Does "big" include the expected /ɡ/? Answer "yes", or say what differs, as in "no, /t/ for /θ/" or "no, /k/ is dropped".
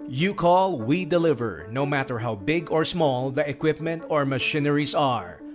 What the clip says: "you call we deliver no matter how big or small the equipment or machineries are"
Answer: yes